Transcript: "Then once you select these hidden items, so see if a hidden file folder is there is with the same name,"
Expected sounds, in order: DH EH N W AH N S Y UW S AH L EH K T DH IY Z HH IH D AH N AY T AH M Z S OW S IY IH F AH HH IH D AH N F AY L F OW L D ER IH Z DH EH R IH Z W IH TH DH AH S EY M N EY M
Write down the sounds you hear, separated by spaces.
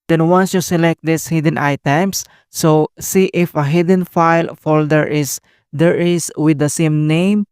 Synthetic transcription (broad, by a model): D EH N W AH N S Y UW S AH L EH K T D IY S HH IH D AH N AY T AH M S S OW S IY IH F AH HH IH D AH N F AY L F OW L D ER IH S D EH R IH S W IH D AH S EY M N EY M